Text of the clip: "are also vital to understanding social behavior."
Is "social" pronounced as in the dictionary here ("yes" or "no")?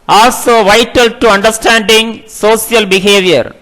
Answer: no